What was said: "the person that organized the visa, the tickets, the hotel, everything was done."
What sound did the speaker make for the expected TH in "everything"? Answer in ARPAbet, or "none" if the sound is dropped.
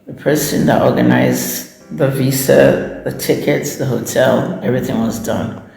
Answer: TH